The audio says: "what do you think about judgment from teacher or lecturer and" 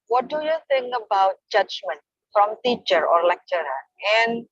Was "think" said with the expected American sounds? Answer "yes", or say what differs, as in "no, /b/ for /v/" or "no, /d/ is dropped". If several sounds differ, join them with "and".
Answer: no, /k/ is dropped